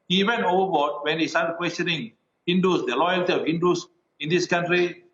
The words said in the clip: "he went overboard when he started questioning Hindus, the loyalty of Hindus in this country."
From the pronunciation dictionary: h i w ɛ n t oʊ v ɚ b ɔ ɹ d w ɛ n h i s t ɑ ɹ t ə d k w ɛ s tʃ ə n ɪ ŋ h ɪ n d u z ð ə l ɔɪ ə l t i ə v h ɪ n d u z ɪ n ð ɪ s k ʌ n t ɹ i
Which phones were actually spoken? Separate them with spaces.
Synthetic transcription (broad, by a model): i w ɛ n oʊ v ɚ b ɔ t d w ɛ n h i s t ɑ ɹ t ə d k w ɛ s tʃ ə n ɪ ŋ h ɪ n d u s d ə l ɔɪ ə l t i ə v h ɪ n d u s ɪ n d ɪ s k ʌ n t ɹ i